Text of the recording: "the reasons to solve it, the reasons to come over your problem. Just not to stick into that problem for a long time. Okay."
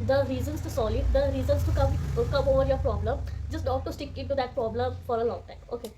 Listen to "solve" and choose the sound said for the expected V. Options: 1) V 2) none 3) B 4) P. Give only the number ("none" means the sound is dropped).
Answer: 2